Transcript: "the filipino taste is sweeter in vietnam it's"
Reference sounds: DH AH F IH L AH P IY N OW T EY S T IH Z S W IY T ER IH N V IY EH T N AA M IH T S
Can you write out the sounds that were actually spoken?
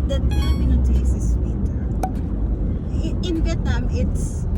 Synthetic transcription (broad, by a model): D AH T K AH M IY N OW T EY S IH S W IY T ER IH N V IY EH T N AA M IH T S